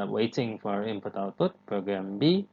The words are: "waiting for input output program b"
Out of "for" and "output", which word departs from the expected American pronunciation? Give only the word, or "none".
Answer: output